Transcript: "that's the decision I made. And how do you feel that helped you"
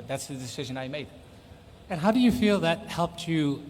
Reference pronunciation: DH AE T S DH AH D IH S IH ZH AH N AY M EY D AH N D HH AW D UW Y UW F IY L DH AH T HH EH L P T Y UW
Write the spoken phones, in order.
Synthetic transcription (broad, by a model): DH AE T S DH AH D IH S IH ZH AH N AY M EY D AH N HH AW D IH Y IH F IY L DH AH T HH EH L P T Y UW